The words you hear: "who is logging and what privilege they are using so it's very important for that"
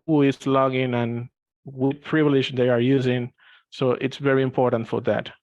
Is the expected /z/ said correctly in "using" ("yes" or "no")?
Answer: yes